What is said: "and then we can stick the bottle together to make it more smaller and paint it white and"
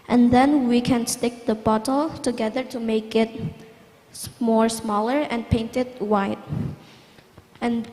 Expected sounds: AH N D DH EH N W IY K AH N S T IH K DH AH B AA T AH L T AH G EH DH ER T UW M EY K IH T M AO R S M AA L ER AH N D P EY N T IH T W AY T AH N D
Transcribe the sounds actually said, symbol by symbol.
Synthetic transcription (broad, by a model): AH N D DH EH N W IY K AH N S T IH K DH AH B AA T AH L T AH G EH DH ER T UW M EY K IH T M AO R S M AA L ER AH N P EY N T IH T W AY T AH N